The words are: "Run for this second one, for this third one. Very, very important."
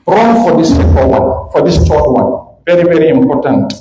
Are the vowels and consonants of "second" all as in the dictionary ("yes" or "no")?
no